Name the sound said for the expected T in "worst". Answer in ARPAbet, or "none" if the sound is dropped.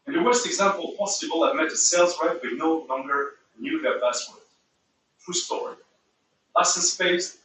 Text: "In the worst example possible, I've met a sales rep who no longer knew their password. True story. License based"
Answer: T